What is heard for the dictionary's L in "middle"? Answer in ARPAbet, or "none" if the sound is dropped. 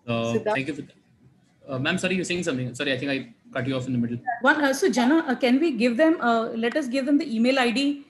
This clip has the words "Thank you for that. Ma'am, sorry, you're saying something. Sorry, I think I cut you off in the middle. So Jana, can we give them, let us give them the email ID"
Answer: N